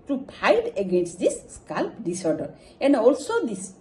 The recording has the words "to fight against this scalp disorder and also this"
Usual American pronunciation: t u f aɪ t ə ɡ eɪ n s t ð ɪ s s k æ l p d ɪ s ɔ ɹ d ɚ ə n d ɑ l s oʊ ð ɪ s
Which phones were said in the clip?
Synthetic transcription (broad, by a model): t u p aɪ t ə ɡ eɪ n s t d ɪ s s k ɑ l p d ɪ s ɔ ɹ d ɚ ə n d ɑ l s oʊ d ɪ s